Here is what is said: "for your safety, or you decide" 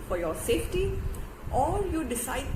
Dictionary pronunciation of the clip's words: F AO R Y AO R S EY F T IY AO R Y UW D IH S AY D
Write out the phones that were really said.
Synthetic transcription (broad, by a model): F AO R Y AO R S EY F T IY AO L Y UW D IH S AY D